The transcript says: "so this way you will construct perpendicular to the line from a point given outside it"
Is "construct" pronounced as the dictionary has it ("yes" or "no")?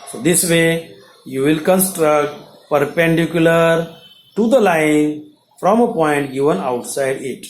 yes